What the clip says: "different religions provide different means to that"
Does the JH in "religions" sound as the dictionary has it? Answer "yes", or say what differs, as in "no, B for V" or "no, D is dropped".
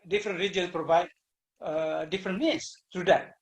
no, JH is dropped